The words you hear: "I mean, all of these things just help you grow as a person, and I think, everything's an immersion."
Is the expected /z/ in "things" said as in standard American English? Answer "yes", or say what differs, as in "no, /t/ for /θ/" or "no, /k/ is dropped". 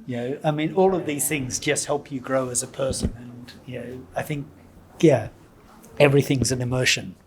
yes